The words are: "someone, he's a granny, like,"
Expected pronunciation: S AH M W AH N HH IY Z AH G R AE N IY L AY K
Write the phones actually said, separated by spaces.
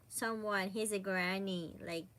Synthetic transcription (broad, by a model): S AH M W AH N HH IY Z AH G R AE N IY L AY K